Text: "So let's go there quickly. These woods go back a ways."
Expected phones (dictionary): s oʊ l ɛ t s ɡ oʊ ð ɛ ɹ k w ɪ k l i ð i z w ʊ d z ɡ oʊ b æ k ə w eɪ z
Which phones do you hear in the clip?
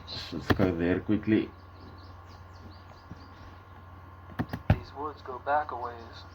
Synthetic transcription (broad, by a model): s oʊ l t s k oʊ ð ɛ ɹ k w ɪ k l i ð i z w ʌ d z ɡ oʊ b æ k ə w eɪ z